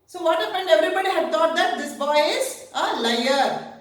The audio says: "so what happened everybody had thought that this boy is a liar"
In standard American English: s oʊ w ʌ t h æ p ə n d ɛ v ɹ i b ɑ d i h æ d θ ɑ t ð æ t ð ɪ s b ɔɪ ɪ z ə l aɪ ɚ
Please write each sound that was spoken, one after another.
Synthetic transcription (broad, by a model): s oʊ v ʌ t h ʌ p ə n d ɛ v ɹ i b ɑ d i h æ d t ɑ t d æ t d ɪ s b ɔɪ ɪ z ə l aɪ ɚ